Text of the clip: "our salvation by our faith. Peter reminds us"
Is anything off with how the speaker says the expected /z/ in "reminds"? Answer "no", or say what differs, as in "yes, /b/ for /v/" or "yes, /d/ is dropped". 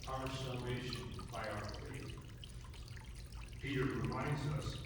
no